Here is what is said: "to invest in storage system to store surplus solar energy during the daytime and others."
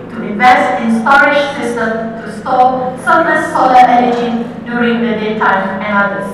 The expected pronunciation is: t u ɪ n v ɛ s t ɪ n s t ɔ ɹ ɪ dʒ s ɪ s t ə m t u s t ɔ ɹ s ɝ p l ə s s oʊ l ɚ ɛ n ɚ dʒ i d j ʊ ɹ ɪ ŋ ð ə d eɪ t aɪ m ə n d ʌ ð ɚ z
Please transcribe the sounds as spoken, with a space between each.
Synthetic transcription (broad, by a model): t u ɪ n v ɛ s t ɪ n s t ɔ ɹ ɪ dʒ s ɪ s t ə m t u s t ɔ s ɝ l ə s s oʊ l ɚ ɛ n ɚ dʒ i d j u ɹ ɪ ŋ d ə d eɪ t aɪ m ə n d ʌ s